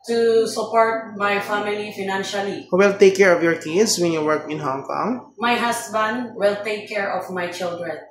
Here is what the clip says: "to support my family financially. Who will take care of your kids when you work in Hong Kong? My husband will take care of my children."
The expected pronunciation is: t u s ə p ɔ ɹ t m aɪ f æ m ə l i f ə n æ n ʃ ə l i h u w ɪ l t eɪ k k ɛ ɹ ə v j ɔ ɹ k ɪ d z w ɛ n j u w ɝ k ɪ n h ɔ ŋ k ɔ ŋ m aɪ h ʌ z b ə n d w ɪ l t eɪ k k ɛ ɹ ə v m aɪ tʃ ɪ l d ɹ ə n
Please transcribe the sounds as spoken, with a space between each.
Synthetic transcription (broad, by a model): t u s ə p ɔ ɹ t m aɪ f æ m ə l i f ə n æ n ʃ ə l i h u w ɪ l t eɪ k k ɛ ɹ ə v j ɔ ɹ k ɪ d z w ɛ n j u w ɝ k ɪ n h ɔ ŋ k ɔ ŋ m aɪ h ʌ s b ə n d w ɪ l t eɪ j k ɛ ɹ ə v m aɪ tʃ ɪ l d ɹ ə n